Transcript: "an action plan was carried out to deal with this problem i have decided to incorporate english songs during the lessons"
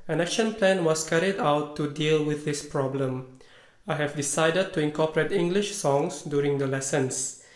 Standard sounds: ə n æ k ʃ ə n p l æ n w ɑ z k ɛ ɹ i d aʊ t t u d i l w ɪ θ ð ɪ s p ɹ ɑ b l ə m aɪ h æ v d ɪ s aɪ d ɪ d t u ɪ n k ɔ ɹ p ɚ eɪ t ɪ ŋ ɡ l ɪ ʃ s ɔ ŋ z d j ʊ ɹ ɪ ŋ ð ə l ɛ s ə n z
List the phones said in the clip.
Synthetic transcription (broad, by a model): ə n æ k ʃ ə n p l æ n w ɑ s k ɛ ɹ i d aʊ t t u d i l w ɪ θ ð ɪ s p ɹ ɑ b l ə m aɪ h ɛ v d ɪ s aɪ d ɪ d t u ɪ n k ɔ p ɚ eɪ t ɪ ŋ ɡ l ɪ ʃ s ɔ ŋ s d j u ɹ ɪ ŋ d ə l ɛ s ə n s